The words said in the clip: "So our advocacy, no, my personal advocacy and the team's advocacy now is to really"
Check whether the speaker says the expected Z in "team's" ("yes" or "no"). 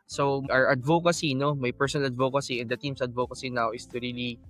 no